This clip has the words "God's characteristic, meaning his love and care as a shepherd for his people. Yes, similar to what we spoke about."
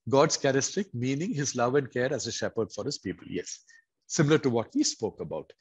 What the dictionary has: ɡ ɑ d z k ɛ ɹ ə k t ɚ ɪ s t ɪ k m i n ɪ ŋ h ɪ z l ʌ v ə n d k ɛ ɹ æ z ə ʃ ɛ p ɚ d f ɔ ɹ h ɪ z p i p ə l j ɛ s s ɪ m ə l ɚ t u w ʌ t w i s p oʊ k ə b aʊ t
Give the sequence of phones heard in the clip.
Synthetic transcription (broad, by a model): ɡ ɑ d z k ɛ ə t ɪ s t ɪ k m i n ɪ ŋ h ɪ z l ʌ v ə n d k ɛ ɹ æ z ə ʃ ɛ p ɚ d f ɔ ɹ h ɪ z p i p ə l j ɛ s s ɪ m ə l ɚ t u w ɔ t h i s p oʊ k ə b aʊ t